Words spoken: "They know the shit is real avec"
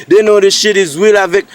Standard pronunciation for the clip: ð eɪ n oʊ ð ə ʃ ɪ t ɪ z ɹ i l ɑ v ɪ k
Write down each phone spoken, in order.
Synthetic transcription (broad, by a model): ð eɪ n oʊ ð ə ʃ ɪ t ɪ z w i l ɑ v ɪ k